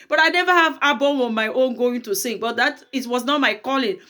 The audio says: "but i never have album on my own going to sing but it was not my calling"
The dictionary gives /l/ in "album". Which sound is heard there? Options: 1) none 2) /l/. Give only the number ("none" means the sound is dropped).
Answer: 1